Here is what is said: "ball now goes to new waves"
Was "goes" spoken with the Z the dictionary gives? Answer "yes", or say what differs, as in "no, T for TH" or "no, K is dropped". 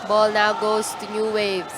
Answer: no, S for Z